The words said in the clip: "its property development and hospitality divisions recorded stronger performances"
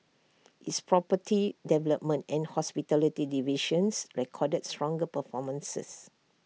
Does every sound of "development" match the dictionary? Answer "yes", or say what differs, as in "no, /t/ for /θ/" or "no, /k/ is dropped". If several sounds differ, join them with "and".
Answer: yes